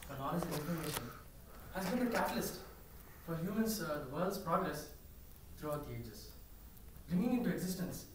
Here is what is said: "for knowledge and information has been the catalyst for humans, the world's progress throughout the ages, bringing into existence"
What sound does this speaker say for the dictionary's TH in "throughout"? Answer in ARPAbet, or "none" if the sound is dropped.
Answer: T